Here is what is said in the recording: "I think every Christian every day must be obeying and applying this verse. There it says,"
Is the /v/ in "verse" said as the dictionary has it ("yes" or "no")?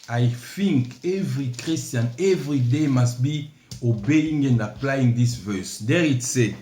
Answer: yes